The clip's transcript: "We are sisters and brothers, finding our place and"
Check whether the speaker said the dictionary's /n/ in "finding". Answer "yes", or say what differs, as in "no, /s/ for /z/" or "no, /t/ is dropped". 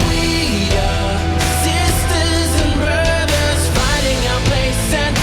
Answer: no, /n/ is dropped